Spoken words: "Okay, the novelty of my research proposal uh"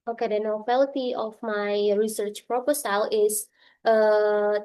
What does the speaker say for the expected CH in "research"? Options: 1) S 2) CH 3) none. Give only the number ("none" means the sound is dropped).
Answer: 2